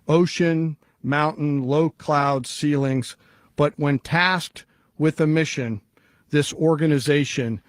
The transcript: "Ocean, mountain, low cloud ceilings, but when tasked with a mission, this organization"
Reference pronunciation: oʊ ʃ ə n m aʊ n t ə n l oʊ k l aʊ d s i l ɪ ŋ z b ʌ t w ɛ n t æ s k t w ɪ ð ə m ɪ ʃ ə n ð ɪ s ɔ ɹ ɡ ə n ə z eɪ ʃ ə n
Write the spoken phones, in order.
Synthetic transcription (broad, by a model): oʊ ʃ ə n m aʊ n t n l oʊ k l aʊ d s i l ɪ ŋ z b ʌ t w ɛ n t æ s k t w ɪ ð ə m ɪ ʃ ə n ð ɪ s ɔ ɹ ɡ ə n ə z eɪ ʃ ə n